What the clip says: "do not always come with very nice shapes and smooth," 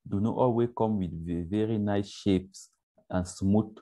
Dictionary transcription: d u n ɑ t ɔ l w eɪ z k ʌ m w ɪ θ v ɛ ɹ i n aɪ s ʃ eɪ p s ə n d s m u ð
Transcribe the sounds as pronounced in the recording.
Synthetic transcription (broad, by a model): d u n ɑ t ɔ l w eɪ s k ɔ m w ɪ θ v ɛ ɹ i n aɪ s ʃ eɪ p s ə n s m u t